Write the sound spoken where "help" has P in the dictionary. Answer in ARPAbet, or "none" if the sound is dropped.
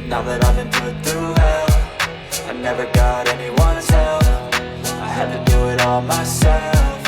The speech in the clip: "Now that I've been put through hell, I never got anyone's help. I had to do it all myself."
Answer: F